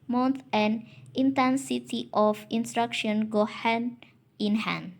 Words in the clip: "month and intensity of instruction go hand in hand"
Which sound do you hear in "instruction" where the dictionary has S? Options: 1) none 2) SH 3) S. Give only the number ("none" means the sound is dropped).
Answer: 3